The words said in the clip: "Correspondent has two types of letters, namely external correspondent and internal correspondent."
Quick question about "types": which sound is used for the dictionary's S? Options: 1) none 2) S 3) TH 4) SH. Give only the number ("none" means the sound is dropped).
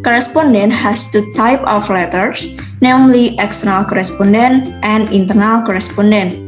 1